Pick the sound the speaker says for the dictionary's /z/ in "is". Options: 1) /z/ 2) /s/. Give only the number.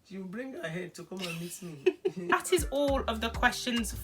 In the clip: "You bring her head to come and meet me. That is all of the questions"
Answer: 1